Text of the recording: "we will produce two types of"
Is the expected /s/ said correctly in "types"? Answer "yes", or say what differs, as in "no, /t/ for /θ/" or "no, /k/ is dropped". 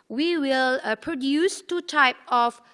no, /s/ is dropped